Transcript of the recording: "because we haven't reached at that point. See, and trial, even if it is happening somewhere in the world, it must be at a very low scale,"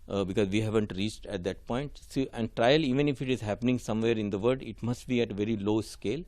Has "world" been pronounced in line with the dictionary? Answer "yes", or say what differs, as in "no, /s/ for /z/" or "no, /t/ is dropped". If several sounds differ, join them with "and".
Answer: no, /l/ is dropped